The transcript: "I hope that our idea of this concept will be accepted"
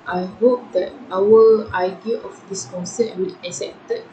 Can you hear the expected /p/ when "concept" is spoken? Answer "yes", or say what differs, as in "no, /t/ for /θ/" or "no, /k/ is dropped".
no, /p/ is dropped